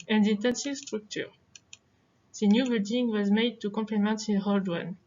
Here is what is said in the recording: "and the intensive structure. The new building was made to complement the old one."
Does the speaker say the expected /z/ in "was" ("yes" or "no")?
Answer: yes